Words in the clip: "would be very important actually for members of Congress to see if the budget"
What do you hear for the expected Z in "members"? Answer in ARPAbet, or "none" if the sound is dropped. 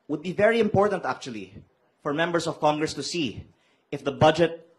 S